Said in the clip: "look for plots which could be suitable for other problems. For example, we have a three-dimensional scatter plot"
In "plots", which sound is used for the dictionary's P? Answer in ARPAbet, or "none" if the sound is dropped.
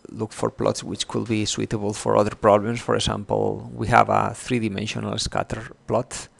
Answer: P